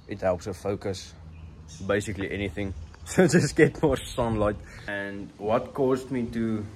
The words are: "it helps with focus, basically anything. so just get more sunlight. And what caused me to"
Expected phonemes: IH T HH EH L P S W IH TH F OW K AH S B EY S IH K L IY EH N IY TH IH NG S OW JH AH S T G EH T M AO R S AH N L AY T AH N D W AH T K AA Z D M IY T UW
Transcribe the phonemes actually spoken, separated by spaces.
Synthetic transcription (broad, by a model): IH T HH EH L P S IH F OW K AH S B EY S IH K L IY EH N IY TH IH NG S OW JH AH S T G EH T M AO R S AH N L AY T AH N D W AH T K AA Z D M IY T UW